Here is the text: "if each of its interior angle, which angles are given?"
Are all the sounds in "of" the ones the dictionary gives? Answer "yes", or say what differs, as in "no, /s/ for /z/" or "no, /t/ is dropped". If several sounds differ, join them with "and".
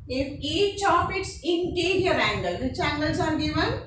no, /p/ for /v/